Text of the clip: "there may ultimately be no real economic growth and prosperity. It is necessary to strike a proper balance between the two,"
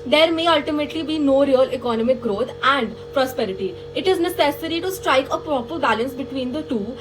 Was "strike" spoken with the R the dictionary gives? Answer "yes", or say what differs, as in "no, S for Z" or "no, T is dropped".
yes